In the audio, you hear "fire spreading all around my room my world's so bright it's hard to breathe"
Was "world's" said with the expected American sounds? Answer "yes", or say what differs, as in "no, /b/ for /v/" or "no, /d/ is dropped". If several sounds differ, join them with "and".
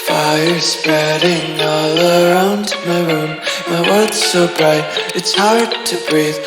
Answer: no, /l/ is dropped